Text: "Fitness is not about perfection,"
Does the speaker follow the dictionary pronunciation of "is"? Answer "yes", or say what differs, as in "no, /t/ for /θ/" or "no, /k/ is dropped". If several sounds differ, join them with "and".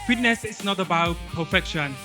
no, /s/ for /z/